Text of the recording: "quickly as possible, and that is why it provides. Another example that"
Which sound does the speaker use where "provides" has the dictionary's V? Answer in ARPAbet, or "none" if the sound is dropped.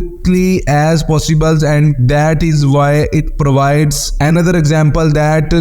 V